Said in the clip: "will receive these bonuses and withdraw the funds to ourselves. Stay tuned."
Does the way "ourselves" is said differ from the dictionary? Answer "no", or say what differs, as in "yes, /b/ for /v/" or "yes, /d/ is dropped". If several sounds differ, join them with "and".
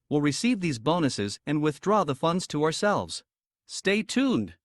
no